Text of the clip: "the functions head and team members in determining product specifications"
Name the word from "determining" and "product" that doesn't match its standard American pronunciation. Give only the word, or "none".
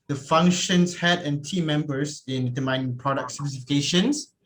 determining